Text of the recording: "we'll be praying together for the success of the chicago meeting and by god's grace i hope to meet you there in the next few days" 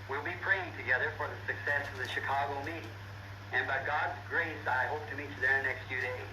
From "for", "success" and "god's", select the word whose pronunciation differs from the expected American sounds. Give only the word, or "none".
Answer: none